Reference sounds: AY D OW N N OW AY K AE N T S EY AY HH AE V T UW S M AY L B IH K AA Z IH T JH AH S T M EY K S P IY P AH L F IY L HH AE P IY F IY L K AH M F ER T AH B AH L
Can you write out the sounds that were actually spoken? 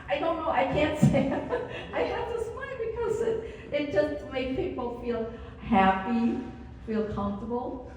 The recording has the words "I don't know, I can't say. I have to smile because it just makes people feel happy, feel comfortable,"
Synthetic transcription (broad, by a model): AY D OW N N OW AY K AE N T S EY AY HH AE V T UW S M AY N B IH K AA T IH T JH AH S T M EY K P IY P AH L F IY L HH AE P IY F IY L K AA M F T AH B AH L